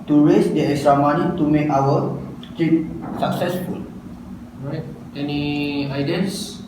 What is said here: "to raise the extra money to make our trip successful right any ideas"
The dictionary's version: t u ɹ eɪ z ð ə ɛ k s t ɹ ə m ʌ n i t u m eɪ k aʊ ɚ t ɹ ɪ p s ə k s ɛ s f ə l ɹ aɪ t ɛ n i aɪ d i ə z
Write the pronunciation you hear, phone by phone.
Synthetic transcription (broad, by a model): t u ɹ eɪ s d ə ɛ s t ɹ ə m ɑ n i t u m eɪ k aʊ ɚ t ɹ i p s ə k s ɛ s f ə l ɹ aɪ t ɛ n i aɪ d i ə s